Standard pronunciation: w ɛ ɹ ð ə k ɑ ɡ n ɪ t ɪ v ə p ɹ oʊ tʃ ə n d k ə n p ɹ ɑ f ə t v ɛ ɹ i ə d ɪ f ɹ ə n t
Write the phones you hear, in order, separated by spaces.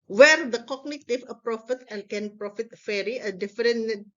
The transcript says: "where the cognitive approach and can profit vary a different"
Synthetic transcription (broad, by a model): w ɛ ɹ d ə k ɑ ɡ n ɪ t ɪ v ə p ɹ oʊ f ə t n k ə n p ɹ ɑ f ə t f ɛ ɹ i ə d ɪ f ɹ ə n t